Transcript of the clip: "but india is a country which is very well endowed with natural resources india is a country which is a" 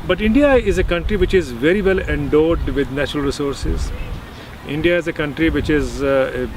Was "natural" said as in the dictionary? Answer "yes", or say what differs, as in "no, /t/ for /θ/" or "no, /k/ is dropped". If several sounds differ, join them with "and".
yes